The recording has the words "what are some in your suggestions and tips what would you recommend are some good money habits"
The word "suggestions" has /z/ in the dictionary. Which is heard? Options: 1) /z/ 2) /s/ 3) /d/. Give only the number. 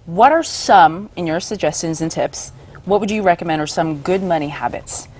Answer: 1